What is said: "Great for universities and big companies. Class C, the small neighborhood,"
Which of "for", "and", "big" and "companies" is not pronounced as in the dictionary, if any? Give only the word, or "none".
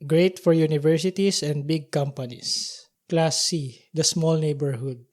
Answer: companies